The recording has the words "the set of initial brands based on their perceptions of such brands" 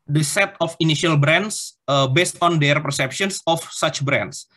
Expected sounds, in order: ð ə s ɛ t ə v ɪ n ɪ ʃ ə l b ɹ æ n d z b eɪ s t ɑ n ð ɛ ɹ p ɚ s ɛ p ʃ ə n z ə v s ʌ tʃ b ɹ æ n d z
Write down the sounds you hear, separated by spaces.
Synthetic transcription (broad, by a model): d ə s ɛ t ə f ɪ n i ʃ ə l b ɹ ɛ n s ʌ b eɪ s t ɑ n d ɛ ɹ p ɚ s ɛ p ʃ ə n s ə f s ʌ tʃ b ɹ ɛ n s